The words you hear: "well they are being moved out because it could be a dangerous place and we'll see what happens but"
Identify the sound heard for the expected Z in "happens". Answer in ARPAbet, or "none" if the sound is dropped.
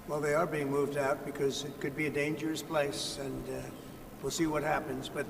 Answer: Z